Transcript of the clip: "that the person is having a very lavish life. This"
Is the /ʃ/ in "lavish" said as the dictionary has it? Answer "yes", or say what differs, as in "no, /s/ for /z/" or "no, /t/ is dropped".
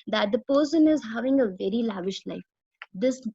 yes